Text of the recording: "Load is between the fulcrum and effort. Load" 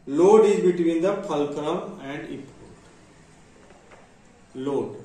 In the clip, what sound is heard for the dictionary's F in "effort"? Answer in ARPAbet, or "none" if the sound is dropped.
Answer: P